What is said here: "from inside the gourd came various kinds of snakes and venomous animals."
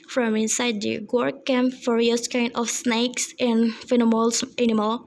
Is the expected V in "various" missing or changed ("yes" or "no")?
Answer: yes